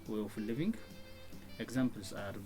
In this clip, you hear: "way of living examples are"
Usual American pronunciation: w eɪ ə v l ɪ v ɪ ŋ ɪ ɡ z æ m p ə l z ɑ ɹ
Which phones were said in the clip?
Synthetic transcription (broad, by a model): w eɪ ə f l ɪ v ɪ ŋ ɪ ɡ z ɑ m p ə l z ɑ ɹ